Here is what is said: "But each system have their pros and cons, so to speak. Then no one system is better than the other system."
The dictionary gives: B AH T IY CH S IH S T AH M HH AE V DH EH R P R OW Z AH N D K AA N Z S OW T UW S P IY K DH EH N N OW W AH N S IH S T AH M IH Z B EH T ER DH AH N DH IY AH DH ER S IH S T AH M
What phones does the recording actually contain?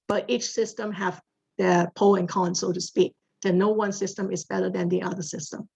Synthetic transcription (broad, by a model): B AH T IY CH S IH S T AH M HH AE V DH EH P OW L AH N K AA N S OW T UW S P IY K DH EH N N OW W AH N S IH S T AH M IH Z B EH T ER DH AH N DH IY AH DH ER S IH S T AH M